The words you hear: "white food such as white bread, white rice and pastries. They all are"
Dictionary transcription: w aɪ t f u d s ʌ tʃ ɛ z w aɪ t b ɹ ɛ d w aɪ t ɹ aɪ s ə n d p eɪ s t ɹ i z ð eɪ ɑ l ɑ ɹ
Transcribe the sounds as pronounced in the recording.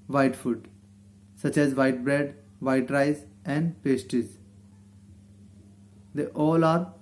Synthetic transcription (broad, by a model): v aɪ t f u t s ʌ tʃ ɛ z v aɪ t b ɹ ɛ d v aɪ t ɹ aɪ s ə n d p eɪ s t i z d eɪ ɑ l ɑ ɹ